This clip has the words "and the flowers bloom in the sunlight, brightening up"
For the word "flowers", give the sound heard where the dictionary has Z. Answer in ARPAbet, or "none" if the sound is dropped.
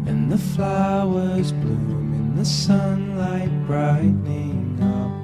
Z